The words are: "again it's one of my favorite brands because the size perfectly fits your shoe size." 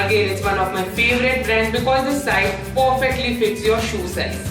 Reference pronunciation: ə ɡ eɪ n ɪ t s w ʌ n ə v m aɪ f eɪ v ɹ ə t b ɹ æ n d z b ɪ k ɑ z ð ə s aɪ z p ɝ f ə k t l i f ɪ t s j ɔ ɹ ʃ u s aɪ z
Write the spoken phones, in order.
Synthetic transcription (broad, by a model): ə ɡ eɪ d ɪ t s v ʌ n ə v m aɪ f eɪ v ɹ ə t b ɹ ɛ n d b ɪ k ɑ z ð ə s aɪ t p ɝ f ə k t l i f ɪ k s j ɔ ɹ ʃ u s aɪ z